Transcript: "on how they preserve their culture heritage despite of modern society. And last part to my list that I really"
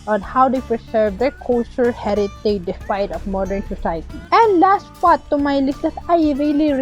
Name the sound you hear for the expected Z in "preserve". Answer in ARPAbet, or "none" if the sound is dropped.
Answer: S